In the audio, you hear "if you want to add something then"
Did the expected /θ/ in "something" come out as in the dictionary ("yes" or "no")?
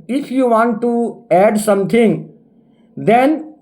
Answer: no